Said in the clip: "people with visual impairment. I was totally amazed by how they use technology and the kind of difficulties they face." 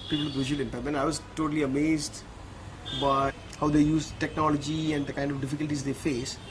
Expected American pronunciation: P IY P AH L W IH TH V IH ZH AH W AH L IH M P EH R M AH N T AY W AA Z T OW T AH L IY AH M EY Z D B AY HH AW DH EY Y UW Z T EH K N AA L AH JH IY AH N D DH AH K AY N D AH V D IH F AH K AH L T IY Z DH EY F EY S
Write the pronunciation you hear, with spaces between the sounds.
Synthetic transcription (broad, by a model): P IY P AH L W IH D V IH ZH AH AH L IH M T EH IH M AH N AY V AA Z T OW T AH L IY AH M EY Z D B AY HH AW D EY Y UW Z T EH K N AA L AH JH IY AH N D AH K AY N D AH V D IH F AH K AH L T IY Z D EY F EY S